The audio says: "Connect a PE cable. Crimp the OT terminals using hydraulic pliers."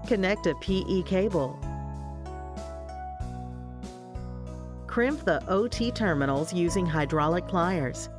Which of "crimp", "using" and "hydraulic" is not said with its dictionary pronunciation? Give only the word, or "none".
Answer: none